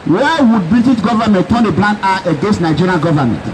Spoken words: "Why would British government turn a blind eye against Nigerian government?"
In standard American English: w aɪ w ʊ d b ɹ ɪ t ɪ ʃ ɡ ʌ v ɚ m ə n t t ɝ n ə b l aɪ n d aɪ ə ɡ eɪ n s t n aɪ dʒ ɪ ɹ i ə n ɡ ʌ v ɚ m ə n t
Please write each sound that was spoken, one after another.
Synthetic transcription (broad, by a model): w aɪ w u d b ɹ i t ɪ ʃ ɡ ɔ v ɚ m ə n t t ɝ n ə b l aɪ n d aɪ ə ɡ eɪ n s t n aɪ dʒ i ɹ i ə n ɡ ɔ v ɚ m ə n t